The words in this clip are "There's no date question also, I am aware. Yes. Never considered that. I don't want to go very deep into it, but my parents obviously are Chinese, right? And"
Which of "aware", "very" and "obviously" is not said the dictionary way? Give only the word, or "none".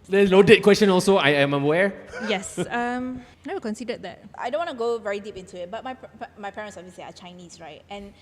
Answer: obviously